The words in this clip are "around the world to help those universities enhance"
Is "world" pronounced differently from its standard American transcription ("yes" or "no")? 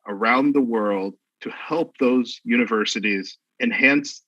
no